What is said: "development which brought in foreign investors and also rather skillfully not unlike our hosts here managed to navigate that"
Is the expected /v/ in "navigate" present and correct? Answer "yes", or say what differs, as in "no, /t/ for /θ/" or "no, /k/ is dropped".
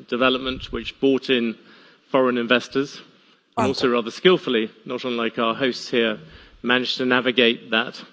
yes